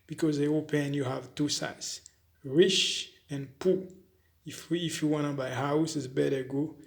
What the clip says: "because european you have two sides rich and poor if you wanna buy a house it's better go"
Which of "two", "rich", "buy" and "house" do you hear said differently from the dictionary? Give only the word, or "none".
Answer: rich